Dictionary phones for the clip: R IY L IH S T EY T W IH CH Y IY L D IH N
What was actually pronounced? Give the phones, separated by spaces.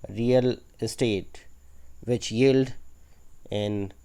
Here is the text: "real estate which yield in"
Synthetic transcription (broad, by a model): R IY L IH S T EY T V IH CH Y IY L D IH N